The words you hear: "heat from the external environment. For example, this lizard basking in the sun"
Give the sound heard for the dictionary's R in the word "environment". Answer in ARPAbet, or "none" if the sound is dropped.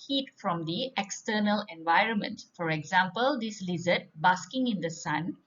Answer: R